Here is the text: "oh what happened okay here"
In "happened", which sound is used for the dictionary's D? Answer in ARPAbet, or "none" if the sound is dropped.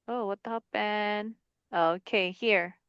none